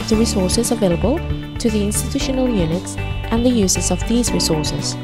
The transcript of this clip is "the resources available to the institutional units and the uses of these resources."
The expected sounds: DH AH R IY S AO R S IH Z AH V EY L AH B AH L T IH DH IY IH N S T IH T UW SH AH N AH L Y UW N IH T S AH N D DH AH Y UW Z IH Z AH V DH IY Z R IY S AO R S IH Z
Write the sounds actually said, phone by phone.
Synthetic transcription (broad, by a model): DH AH R IY S AO R S IH Z AH V EY L AH B AH L T IH DH IY IH N S T IH T UW SH AH N AH L Y UW N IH T S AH N DH AH Y UW Z IH Z AH V DH IY Z R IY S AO R S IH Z